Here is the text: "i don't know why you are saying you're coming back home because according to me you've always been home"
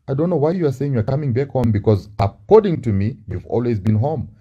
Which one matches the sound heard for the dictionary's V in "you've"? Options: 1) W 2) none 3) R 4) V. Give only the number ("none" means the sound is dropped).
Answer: 4